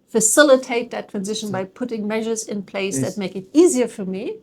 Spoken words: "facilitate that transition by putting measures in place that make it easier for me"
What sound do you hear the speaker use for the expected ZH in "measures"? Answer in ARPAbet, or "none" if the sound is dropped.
ZH